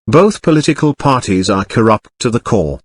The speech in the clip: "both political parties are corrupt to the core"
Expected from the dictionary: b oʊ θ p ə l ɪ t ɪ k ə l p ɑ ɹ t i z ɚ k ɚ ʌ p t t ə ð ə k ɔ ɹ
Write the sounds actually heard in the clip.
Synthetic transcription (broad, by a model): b oʊ θ p ə l ɪ t ɪ k ə l p ɑ ɹ t i z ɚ k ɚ ʌ p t t ə ð ə k ɔ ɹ